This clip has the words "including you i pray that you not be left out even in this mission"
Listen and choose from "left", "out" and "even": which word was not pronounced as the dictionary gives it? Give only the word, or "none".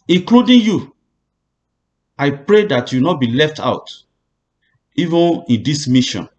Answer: none